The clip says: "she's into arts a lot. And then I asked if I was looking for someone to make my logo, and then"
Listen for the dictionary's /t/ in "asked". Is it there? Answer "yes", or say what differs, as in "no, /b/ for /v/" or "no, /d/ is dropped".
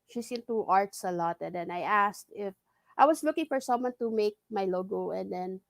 yes